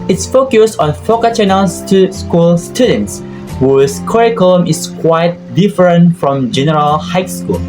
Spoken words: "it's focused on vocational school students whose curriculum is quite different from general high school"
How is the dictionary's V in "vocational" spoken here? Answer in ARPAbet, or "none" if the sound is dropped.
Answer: F